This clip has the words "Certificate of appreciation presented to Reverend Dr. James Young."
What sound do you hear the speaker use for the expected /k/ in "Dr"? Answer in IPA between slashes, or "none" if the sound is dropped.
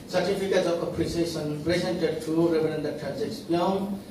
none